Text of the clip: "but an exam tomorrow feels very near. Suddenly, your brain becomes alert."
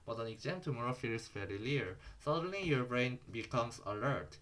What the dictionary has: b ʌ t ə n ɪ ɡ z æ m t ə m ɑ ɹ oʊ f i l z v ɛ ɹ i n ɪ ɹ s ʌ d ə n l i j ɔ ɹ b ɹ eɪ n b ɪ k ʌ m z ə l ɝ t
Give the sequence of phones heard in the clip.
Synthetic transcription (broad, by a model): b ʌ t ə n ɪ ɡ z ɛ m t ə m ɑ ɹ oʊ f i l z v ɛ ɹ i l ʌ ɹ s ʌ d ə n l i j ɔ ɹ b ɹ eɪ n b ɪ k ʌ m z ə l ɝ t